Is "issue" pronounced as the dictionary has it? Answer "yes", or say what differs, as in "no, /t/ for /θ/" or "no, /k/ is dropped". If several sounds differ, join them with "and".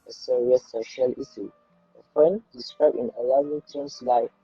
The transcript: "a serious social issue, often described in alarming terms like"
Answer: no, /s/ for /ʃ/